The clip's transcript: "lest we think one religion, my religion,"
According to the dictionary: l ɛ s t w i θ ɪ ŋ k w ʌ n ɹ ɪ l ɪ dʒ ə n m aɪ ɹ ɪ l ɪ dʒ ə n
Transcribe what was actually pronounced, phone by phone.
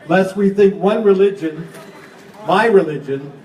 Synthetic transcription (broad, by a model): l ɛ s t w i θ ɪ ŋ k w ʌ n ɹ ɪ l ɪ dʒ ə n m aɪ ɹ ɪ l ɪ dʒ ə n